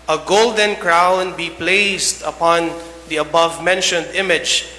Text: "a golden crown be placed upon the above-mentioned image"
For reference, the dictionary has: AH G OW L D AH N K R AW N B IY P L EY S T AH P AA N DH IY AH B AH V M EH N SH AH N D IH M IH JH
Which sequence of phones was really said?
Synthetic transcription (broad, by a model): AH G OW L D AH N K R AW N B IY P L EY S T AH P AA N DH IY AH B AH V M EH N SH AH N D IH M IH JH